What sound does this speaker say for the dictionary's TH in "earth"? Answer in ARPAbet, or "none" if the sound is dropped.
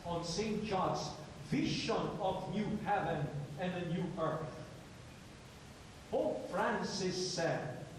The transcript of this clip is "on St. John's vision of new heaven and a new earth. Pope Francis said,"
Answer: TH